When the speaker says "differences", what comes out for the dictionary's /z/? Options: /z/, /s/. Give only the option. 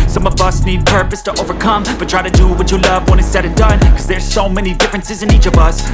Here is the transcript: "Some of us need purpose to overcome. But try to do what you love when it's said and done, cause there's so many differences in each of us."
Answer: /z/